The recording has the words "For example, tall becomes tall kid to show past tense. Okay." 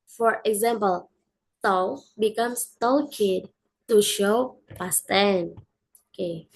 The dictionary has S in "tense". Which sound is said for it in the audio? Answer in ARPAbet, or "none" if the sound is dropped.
none